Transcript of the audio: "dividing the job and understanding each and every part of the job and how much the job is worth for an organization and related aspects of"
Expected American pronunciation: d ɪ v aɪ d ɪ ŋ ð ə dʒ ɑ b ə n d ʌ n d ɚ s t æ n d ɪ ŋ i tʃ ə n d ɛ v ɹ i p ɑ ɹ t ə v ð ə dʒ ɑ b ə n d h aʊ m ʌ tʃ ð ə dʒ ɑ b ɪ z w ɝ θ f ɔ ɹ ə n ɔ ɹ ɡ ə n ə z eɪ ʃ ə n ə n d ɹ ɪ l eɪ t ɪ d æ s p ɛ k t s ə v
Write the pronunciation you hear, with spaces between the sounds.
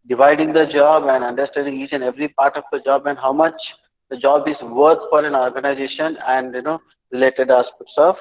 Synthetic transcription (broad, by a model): d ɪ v aɪ d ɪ ŋ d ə dʒ ɑ b ə n d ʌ n d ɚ s t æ n d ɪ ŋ i tʃ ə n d ɛ v ɹ i p ɑ ɹ t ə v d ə dʒ ɑ b ə n d h aʊ m ʌ tʃ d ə dʒ ɑ b ɪ z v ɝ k f ɔ ɹ ə n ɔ ɹ ɡ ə n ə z eɪ ʃ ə n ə n d ɹ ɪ l eɪ t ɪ d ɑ s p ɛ t s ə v